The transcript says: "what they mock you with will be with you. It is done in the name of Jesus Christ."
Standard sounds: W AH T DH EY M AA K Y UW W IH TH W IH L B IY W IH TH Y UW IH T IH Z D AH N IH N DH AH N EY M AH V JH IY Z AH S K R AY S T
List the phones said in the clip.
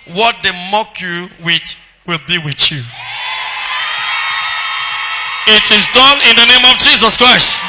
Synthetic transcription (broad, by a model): W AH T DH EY M AA K Y UW W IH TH W IH L B IY W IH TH Y UW IH T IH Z D AH N IH N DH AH N EY M AH V JH IY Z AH S K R AY S T